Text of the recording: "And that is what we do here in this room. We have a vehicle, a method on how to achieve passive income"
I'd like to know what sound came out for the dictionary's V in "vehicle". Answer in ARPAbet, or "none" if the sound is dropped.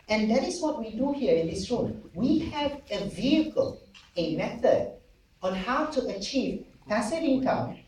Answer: V